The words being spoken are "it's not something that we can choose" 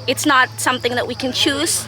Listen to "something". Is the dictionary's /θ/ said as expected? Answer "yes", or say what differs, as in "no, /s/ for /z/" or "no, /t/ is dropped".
yes